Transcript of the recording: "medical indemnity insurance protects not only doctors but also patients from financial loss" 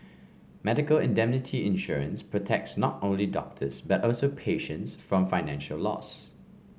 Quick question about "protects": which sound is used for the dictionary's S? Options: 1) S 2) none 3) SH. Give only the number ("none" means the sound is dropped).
1